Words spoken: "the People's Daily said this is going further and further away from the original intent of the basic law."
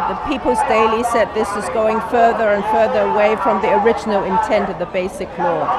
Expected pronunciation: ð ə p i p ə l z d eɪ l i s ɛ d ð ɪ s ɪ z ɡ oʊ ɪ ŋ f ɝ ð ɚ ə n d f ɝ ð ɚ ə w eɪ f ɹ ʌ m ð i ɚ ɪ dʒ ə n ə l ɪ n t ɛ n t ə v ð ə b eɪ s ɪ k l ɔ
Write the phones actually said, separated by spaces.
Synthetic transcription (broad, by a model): ð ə p i p ə l z d eɪ l i s ɛ d ð ɪ s ɪ z ɡ oʊ ɪ ŋ f ɝ ð ɚ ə n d f ɝ ð ɚ ə w eɪ f ɹ ʌ m ð i ɚ ɪ dʒ ə n ə l ɪ n t ɛ n t ə v ð ə b eɪ s ɪ k l ɔ